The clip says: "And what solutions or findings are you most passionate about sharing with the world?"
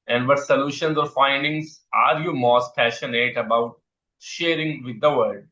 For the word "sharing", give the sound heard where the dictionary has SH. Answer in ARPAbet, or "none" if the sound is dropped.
SH